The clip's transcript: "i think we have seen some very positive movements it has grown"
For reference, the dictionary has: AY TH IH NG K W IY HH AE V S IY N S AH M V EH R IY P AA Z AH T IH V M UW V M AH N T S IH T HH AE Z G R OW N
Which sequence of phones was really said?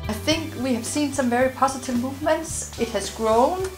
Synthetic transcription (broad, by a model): AY TH IH NG K W IY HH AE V S IY N S AH M V EH R IY P AA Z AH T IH V M UW V M AH N T S IH T HH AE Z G R OW N